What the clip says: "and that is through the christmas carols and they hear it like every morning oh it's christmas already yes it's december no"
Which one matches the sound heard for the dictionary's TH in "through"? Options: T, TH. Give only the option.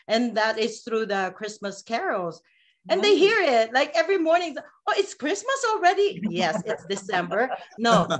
TH